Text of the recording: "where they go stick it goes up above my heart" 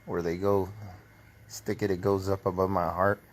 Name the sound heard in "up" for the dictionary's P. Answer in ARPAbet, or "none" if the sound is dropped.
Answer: P